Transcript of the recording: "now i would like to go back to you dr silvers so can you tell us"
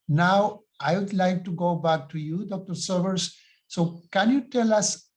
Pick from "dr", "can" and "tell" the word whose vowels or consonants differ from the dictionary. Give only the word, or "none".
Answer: none